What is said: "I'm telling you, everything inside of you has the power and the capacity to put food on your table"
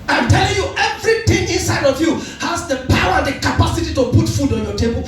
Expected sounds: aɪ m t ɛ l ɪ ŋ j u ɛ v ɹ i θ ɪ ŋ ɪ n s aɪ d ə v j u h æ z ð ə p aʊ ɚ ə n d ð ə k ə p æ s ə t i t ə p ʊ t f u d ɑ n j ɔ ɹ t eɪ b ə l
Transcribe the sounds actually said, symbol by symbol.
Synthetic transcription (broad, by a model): aɪ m t ɛ l ɪ ŋ j u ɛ v ɹ i t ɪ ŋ ɪ n s aɪ d ə v j u h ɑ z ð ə p aʊ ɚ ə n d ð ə k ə p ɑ s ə t i t ə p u t f u d ɑ n j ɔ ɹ t eɪ b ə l